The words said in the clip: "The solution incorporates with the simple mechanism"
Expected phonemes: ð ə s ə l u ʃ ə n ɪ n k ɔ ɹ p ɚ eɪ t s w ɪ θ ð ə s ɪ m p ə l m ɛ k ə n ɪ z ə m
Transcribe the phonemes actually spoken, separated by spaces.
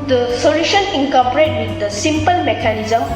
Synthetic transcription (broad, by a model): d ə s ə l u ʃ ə n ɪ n k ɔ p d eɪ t w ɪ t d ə s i m p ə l m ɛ k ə n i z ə m